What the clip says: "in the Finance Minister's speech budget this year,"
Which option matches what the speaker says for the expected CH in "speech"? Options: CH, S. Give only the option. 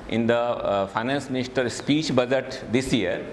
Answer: CH